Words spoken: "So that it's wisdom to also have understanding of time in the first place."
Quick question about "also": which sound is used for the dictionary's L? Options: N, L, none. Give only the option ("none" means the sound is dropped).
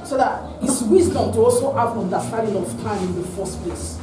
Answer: L